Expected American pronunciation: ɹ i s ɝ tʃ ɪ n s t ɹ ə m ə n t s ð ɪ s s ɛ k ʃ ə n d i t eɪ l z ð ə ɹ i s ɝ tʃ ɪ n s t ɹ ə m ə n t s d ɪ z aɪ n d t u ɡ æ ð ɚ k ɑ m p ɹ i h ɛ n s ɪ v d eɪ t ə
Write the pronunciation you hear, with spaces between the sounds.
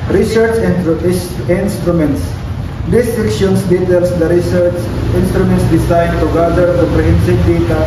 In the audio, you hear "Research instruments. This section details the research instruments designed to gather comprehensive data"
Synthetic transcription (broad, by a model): ɹ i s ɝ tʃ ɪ n s t ɹ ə m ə n t s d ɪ s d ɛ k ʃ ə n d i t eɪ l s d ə ɹ i s ɝ tʃ ɪ n s t ɹ ə m ə n t s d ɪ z aɪ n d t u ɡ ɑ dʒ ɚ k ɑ p ɹ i h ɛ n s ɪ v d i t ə